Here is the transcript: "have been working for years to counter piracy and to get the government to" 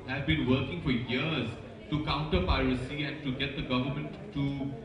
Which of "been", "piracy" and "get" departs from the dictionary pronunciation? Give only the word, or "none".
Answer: none